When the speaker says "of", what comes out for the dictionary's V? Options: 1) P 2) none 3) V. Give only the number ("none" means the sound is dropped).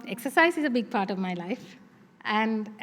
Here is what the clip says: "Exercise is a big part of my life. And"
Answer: 3